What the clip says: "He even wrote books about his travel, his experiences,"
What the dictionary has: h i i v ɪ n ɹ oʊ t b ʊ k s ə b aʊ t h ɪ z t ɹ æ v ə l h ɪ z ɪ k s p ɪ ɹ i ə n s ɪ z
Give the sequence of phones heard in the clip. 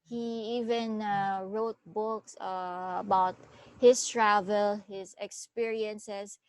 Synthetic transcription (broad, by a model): h i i v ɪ n ɹ oʊ t b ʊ k s ə b aʊ t h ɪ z t ɹ æ v ə l h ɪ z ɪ k s p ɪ ɹ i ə n s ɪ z